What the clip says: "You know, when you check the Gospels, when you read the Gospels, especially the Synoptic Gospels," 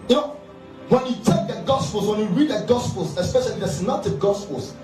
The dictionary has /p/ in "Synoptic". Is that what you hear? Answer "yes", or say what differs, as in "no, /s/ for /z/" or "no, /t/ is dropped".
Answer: no, /p/ is dropped